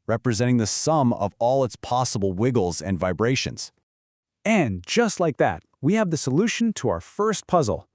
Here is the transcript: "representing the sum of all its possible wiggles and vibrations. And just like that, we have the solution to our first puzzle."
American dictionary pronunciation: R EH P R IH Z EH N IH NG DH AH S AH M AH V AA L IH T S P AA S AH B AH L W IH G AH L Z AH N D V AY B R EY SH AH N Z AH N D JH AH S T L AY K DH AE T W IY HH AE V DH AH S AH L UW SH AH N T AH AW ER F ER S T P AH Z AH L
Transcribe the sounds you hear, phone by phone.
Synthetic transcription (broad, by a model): R EH P R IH Z EH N IH NG DH AH S AH M AH V AA L IH T S P AA S AH B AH L W IH G L Z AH N V AY B R EY SH AH N Z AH N JH AH S T L AY K DH AE T W IY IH V DH AH S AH L UW SH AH N T AH AW ER F ER S T P AH Z L